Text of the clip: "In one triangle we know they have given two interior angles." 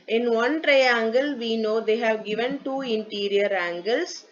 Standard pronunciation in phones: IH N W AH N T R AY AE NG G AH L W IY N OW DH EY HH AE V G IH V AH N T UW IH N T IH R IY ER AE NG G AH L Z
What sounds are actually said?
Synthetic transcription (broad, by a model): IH N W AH N T R AY AE NG G AH L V IY N OW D EY HH AE V G IH V AH N T UW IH N T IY R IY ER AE NG G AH L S